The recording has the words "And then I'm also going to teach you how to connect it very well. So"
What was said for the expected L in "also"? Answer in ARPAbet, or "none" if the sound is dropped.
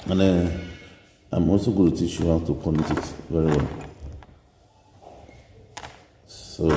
none